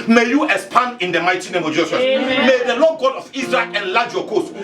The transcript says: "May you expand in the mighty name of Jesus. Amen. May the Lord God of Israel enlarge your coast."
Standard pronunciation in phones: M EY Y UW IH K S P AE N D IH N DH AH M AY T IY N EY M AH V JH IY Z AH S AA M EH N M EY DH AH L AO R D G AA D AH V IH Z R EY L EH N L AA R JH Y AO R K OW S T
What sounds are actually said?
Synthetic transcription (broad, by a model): M EY Y UW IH S P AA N IH N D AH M AY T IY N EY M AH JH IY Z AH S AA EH M EY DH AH L AO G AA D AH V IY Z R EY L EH N L AA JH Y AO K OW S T